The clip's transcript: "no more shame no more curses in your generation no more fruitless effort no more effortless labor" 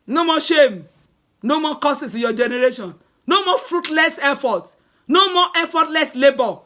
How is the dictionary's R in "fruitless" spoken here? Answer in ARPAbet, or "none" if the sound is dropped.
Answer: R